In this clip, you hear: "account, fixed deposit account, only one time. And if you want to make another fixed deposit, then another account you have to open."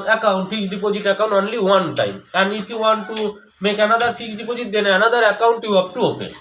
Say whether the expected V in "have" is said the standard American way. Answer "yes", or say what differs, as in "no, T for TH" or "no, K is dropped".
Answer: no, P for V